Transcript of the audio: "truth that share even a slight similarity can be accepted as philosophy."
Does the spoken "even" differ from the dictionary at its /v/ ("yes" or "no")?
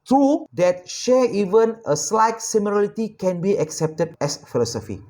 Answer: no